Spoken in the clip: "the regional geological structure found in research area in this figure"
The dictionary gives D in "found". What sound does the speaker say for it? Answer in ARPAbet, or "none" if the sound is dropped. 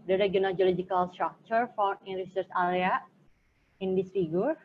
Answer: none